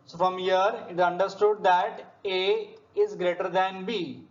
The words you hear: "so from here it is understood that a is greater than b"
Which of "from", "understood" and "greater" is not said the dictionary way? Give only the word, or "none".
none